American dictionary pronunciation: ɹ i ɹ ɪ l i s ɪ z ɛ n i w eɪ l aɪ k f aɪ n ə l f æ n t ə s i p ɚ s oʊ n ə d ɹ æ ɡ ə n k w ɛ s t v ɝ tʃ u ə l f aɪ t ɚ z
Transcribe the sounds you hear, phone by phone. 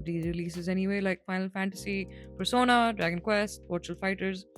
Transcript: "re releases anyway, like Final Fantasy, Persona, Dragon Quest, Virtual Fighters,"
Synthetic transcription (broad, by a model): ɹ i ɹ ɪ l i s ɪ z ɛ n i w eɪ l aɪ k f aɪ n ə l f æ n t ə s i p ɚ s oʊ n ə d ɹ æ ɡ ə n k w ɛ s t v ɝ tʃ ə l f aɪ t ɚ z